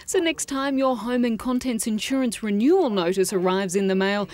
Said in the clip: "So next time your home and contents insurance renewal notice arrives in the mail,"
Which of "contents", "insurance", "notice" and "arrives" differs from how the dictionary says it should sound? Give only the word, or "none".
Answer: none